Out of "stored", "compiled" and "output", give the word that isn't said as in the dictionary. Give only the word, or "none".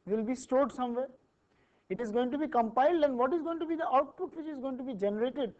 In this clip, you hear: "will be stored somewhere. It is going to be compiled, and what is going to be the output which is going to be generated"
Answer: none